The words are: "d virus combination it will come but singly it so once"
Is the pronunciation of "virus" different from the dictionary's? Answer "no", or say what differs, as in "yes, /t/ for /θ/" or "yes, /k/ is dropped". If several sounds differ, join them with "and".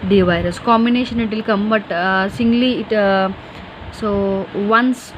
no